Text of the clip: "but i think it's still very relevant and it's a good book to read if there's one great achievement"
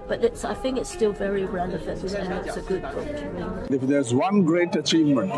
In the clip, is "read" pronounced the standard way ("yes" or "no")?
no